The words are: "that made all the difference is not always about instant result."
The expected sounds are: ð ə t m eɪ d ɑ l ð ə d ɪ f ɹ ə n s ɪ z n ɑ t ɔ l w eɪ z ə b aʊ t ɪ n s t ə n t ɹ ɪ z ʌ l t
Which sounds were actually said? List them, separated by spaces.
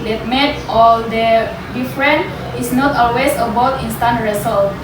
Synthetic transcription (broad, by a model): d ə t m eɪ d ɑ l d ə d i f ɹ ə n ɪ s n ɑ t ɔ l w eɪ s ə b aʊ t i n s t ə n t ɹ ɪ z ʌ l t